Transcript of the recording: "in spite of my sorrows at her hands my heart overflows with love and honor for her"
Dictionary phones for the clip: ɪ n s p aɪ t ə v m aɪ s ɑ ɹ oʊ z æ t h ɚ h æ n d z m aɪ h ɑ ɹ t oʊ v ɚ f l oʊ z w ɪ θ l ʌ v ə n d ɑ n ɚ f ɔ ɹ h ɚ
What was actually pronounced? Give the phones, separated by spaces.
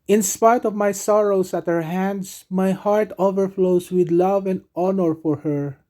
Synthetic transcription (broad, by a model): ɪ n s p aɪ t ə v m aɪ s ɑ ɹ oʊ s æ t h ɚ h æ n d s m aɪ h ɑ ɹ t oʊ v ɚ f l oʊ s w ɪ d l ʌ v ə n d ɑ n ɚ f ɔ ɹ h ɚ